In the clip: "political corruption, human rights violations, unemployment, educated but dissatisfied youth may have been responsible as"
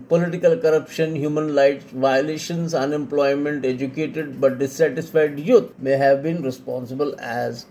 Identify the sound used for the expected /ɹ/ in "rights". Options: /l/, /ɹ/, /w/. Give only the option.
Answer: /l/